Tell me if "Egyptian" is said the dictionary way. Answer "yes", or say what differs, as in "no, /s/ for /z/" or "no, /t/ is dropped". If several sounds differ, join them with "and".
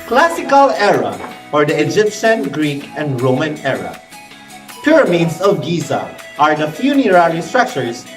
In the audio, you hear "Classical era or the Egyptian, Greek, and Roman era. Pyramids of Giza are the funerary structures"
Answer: yes